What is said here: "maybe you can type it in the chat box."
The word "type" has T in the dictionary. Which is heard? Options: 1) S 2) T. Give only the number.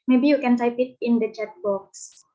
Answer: 1